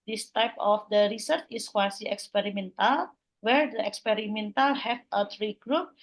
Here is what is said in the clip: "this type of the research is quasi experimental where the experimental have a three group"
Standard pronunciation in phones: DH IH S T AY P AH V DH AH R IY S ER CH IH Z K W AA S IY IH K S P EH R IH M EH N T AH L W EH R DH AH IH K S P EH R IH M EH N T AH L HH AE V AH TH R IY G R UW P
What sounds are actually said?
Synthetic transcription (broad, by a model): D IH S T AY P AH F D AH R IY S ER CH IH S K W AA S IY IH K S P EH R IH M EH N T AH L W EH R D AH IH K S P EH R IH M EH N T AH L HH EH F AH T R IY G R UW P